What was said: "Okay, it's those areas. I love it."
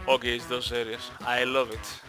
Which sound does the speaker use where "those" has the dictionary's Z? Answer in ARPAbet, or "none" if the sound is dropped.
S